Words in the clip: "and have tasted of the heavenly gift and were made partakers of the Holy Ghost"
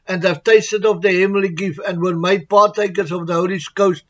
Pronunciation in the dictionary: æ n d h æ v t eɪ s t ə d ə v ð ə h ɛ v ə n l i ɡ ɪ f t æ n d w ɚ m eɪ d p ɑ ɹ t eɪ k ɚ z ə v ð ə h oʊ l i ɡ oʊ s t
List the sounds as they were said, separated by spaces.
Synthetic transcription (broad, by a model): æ n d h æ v t eɪ s t ə d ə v ð ə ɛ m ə l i ɡ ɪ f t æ n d w ɚ m eɪ d p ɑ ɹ t eɪ k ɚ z ə v ð ə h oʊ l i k oʊ s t